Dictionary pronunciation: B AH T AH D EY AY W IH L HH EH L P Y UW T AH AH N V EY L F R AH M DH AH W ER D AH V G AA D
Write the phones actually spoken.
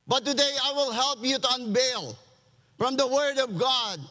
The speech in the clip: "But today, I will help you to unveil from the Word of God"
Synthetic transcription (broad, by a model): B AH T AH D EY AY W IH L HH EH L P Y UW T AH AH N B EY L F R AH M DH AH W ER D AH V G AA D